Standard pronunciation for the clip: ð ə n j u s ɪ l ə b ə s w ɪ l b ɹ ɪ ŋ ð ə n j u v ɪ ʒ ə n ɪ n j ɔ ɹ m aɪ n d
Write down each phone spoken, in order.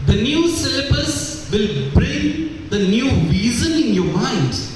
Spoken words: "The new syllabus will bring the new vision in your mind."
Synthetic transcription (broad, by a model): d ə n j u s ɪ l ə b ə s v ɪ l b ɹ ɪ ŋ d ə n j u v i z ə n ɪ n j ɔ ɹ m aɪ n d